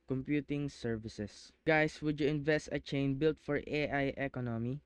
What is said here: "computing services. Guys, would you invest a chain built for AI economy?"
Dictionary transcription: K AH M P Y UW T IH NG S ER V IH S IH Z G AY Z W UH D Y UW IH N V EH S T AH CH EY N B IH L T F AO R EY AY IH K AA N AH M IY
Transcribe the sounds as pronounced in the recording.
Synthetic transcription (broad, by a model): K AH M P Y UW T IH NG S ER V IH S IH S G AY S W UH D Y UW IH N V EH S T AH CH EY N B IH L T F AO R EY AY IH K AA N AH M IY